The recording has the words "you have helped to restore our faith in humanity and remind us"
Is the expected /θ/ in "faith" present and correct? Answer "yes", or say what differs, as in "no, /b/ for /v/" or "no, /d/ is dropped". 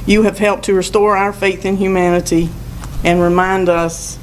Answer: yes